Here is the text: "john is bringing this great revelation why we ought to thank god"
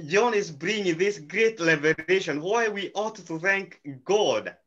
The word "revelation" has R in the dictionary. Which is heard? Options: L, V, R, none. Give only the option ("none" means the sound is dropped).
L